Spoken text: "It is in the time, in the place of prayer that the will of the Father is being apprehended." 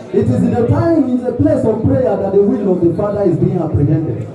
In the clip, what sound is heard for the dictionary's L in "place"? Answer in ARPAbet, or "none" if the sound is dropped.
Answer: L